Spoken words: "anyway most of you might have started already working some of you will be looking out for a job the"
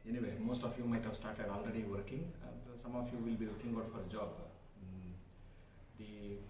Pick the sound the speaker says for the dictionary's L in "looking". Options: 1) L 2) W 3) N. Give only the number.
2